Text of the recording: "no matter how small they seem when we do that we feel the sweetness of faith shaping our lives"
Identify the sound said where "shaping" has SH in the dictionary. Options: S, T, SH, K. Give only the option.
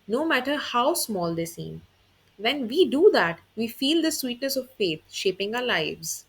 SH